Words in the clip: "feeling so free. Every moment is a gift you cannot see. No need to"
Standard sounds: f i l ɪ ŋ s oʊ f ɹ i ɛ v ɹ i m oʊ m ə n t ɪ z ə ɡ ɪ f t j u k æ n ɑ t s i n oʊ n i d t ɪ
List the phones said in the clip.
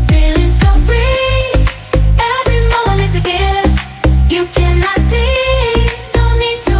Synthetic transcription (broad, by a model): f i l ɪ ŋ s oʊ f ɹ i ɛ v ɹ i m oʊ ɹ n ɪ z ə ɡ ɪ j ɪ k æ n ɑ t s i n oʊ n i d t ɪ